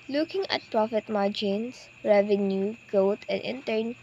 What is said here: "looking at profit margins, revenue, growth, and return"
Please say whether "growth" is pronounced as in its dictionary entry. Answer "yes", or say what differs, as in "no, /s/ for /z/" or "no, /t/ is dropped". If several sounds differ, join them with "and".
no, /ɹ/ is dropped and /t/ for /θ/